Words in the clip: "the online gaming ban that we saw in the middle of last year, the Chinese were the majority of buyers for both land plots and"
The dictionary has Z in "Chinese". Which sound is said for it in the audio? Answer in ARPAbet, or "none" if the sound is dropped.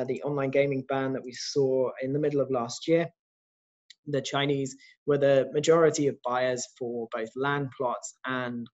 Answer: Z